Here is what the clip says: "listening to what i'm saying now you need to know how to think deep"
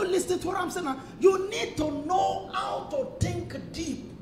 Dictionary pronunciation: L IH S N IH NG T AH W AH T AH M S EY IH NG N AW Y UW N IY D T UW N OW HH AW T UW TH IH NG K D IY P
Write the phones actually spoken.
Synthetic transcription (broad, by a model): L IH S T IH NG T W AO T AH M S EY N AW Y UW N IY D T UW N OW HH AW T UW T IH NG K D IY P